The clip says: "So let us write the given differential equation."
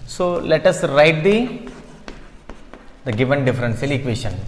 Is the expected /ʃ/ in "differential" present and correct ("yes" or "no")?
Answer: no